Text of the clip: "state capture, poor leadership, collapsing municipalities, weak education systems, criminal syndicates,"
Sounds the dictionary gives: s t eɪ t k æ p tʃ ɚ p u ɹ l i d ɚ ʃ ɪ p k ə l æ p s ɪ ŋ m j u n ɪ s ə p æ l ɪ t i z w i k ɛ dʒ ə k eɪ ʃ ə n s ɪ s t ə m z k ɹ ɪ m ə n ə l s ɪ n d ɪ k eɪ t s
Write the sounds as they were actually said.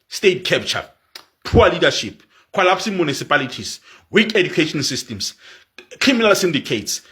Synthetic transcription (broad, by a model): s t eɪ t k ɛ p tʃ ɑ p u w l i d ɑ ʃ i p k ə l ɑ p s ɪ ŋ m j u n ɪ s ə p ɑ l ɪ t i s w i k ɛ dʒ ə k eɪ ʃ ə n s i s t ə m s k ɹ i m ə n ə l s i n d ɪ k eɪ t s